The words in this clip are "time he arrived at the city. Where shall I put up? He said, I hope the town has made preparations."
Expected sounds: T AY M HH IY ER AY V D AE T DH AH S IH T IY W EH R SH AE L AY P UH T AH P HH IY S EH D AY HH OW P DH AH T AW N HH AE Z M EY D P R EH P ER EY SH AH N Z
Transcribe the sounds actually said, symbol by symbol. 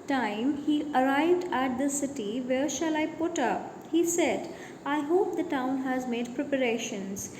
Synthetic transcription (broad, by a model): T AY M HH IY ER AY V D AE T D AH S IH T IY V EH R SH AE L AY P UH T AH P HH IY S EH D AY HH OW P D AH T AW N HH AE Z M EY D P R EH P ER EY SH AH N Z